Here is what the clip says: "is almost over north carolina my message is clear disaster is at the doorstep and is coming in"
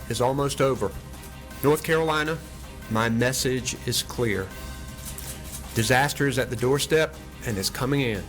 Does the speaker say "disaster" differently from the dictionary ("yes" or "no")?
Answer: no